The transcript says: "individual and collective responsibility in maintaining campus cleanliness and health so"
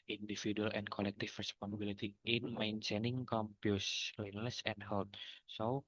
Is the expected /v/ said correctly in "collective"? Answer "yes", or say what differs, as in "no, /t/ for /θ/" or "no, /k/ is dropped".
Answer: no, /f/ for /v/